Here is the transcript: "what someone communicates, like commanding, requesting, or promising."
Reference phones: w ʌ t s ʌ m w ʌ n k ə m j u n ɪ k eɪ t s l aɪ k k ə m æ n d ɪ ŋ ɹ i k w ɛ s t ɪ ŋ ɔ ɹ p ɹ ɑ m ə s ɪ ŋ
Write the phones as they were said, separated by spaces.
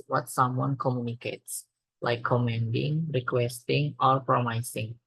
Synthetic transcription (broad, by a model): w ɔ t s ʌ m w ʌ n k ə m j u n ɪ k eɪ t s l aɪ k k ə m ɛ n d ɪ ŋ ɹ i k w ɛ s t ɪ ŋ ɔ ɹ p ɹ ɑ m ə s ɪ ŋ